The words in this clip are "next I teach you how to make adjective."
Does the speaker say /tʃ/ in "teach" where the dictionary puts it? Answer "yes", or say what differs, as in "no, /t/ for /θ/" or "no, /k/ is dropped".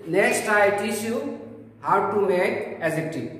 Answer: no, /ʃ/ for /tʃ/